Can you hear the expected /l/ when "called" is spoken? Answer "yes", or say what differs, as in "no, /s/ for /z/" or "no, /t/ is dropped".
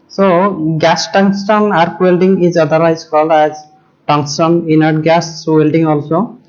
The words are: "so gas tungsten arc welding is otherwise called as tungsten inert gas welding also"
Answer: yes